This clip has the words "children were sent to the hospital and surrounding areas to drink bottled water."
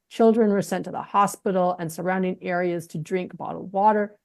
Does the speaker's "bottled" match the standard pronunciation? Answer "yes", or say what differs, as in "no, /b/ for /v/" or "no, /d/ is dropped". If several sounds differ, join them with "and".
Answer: no, /l/ is dropped